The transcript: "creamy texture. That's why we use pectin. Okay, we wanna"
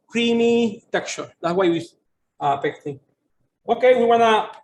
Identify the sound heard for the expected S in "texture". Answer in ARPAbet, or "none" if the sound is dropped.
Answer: none